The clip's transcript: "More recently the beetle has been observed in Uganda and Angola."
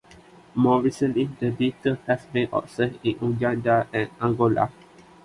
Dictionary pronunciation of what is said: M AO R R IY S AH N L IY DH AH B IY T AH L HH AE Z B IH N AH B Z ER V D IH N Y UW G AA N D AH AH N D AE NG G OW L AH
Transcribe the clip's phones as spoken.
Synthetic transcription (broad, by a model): M AO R R IY S AH N L IY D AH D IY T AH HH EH S B IH N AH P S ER IH N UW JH AA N D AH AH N AE NG G OW L AH